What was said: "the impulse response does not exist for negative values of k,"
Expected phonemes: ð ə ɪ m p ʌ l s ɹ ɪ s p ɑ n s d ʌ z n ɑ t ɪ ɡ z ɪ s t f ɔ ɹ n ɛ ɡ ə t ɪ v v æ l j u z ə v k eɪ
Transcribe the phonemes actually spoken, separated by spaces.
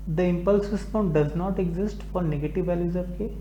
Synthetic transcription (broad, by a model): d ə ɪ m p ʌ l s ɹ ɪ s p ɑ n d d ʌ z n ɑ t ɪ ɡ z ɪ s t f ɔ ɹ n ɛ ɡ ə t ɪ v v æ l j u z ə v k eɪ